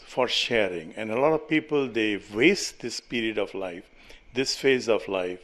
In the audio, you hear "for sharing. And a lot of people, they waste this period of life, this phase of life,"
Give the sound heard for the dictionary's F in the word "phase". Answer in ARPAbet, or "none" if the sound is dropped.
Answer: F